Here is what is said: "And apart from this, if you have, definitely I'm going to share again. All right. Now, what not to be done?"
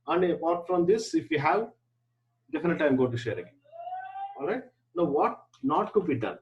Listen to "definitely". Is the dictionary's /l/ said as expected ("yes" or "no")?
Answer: no